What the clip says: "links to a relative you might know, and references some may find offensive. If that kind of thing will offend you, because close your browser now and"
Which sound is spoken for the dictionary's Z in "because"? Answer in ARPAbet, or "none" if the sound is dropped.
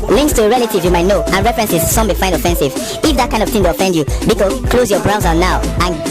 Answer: none